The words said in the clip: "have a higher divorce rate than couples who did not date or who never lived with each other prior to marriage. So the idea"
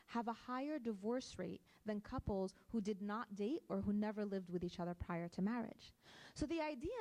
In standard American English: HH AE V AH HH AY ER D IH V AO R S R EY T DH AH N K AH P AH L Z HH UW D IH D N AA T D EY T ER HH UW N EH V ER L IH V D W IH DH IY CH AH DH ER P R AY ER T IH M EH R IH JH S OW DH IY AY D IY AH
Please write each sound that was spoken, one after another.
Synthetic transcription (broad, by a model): HH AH V AH HH AY ER D IH V AO R S R EY T DH AH N K AH P L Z HH UW D IH D N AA T D EY T ER HH UW N EH V ER L IH V D W IH DH IY CH AH DH ER P R AY ER T IH M EH R IH JH S OW DH IY AY D IY